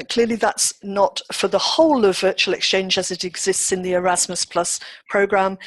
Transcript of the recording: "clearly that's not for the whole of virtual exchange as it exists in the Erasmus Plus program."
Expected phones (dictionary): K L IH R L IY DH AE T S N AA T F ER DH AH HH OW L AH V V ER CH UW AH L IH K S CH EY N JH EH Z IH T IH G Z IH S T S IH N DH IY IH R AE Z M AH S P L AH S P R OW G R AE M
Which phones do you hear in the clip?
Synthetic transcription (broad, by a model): K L IH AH L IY DH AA T S N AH T F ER DH AH HH OW L AH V V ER CH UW AH L IH K S CH EY N JH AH Z IH T IH G Z IH S T S IH N DH IY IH R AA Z M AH S P L AH S P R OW G R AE M